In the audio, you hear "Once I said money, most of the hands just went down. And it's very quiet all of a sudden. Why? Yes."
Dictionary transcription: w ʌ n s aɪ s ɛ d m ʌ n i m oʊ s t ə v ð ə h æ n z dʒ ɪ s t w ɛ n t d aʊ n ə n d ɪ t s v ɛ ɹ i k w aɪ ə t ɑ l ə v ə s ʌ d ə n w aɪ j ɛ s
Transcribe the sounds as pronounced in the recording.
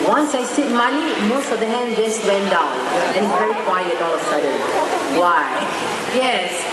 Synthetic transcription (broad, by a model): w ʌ n s aɪ s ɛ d m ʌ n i m oʊ s t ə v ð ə h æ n dʒ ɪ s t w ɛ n d aʊ n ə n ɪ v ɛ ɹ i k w aɪ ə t ɑ l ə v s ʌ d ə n w aɪ j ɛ s